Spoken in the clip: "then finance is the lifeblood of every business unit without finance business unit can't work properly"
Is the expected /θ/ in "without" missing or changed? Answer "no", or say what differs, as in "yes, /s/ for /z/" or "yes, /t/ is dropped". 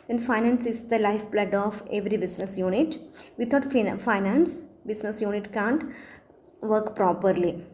yes, /t/ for /θ/